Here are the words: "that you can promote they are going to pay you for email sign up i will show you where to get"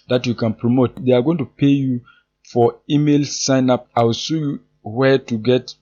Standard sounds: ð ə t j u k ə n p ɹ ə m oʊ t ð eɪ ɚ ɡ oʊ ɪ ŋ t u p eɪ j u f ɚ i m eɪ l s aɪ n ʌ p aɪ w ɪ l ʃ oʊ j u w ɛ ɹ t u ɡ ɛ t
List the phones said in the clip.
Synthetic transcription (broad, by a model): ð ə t j u k ə n p ɹ ə m oʊ t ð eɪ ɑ ɡ oʊ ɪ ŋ t u p eɪ j u f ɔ i m eɪ l s aɪ n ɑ p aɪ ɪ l s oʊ j u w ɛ t u ɡ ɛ t